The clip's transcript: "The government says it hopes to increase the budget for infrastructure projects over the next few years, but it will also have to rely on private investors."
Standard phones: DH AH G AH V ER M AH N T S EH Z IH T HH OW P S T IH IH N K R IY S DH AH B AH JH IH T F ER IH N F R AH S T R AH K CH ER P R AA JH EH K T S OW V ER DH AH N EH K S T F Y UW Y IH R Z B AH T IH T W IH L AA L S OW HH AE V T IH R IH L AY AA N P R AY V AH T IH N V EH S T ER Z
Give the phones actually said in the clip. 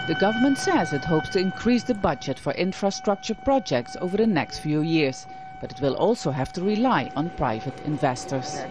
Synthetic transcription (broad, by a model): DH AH G AH V ER M AH N T S EH Z IH T HH OW P S T IH IH N K R IY S DH AH B AH JH IH T F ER IH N F R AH S T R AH K CH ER P R AA JH EH K T S OW V ER DH AH N EH K S T F Y UW Y IH R Z B AH T IH T W IH L AA L S OW HH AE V T IH R IH L AY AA N P R AY V AH T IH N V EH S T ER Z